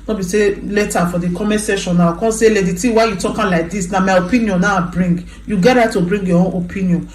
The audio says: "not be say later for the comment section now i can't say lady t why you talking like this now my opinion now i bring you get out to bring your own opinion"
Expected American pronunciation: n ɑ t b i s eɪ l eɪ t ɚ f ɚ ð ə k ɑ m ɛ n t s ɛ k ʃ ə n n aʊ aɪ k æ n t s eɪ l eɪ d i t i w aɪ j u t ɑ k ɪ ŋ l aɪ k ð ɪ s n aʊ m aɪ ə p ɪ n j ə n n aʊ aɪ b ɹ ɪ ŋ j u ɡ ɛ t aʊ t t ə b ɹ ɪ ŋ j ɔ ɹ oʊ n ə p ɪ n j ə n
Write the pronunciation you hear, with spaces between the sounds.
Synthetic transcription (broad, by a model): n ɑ b i s eɪ l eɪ t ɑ f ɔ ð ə k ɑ m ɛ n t s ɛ ʃ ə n n aʊ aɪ k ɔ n s eɪ l eɪ d i t i w aɪ j u t ɑ k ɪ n l aɪ k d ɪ s n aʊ m aɪ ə p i n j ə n n aʊ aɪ b ɹ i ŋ j u ɡ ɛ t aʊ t t ə b ɹ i ŋ j ɔ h oʊ n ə p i n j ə n